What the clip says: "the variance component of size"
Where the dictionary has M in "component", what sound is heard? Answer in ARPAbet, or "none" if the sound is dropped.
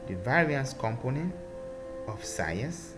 M